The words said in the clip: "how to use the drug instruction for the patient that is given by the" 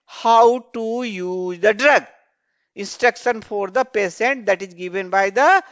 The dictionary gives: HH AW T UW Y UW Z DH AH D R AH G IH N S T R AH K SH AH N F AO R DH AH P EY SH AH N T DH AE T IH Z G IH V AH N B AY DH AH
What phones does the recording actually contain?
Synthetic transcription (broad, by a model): HH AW T UW Y UW Z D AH D R AH G IH N S T R AH K SH AH N F AO R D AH P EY S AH N T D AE T IH Z G IH V AH N B AY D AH